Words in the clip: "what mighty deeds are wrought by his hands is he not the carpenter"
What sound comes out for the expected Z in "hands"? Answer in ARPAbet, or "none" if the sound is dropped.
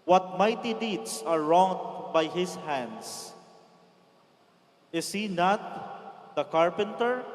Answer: S